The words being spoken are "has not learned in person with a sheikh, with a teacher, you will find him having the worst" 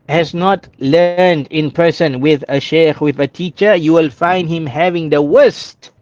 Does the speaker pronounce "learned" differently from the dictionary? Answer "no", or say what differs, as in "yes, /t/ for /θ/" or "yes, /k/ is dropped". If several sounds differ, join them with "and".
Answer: no